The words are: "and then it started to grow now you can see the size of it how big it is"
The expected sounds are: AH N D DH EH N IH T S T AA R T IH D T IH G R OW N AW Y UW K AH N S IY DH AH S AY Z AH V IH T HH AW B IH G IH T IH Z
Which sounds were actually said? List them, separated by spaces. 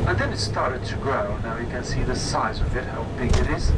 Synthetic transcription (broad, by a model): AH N DH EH N IH T S T AA R T IH D T IH G R OW N AW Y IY K AH N S IY DH AH S AY Z AH V IH T HH AW B IH G IH T IH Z